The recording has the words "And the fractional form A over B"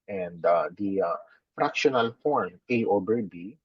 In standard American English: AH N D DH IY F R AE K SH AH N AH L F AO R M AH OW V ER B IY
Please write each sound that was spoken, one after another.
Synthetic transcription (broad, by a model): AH N D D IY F R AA K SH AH N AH L F AO R M AH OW B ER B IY